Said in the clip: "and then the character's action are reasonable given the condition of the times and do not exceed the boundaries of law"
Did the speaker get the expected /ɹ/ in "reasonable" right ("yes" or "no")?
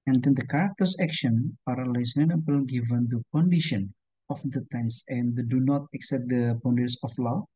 no